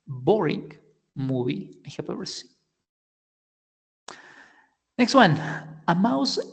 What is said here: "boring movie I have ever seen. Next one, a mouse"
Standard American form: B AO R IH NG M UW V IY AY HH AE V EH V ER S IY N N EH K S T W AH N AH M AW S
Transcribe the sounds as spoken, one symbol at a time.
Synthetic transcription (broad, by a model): B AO R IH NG M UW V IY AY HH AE P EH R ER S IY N N EH K S T W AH N AH M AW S